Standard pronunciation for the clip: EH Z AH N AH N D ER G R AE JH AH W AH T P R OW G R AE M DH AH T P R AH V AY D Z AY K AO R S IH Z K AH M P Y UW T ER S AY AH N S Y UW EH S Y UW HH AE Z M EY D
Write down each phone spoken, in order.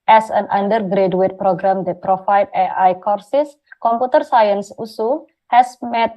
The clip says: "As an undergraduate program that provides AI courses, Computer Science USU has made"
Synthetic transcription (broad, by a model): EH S AH N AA N D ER G R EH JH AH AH T P R OW G R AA M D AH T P R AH F AY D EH AY K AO R S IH S K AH M P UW T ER S AY AH N S UW S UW HH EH S M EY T